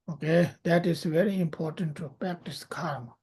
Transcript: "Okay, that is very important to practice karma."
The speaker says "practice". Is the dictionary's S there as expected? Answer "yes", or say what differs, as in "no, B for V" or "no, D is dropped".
yes